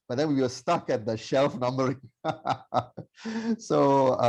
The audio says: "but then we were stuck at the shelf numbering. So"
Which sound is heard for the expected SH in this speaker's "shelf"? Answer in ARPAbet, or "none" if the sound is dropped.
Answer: SH